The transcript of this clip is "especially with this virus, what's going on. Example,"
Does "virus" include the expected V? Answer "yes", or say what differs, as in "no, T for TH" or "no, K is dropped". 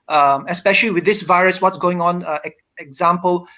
yes